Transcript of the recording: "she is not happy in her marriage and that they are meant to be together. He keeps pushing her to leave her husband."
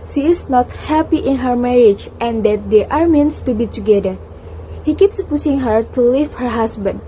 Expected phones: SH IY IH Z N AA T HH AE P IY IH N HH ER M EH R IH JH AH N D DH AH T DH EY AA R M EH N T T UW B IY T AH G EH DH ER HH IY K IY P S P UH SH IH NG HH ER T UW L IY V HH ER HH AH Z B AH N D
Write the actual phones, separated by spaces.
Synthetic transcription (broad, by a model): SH IY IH S N AA T HH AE P IY IH N HH ER M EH R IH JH AH N D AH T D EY AA R M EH N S T UW B IY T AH G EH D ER HH IY K IY P S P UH S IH NG HH ER T UW L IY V HH ER HH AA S B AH N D